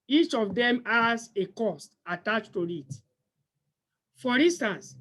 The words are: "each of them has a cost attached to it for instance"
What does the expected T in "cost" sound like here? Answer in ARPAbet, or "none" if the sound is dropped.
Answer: T